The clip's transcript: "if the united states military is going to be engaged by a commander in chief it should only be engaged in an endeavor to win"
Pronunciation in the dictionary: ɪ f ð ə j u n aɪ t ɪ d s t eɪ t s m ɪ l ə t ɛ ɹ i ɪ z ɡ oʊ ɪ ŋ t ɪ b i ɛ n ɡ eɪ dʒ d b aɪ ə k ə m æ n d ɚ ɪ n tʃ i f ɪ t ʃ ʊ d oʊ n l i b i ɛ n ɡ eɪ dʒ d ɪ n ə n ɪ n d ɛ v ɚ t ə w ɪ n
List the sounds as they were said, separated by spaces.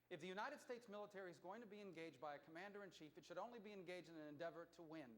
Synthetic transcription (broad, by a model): ɪ f ð ə j u n aɪ t ɪ d s t eɪ t s m ɪ l ə t ɛ ɹ i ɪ z ɡ oʊ ɪ ŋ t ɪ b i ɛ n ɡ eɪ dʒ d b aɪ ə k ə m æ n d ɚ ɪ n tʃ i f ɪ t ʃ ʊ d oʊ n l i b i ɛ n ɡ eɪ dʒ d ɪ n ə n ɪ n d ɛ v ɚ t ə w ɪ n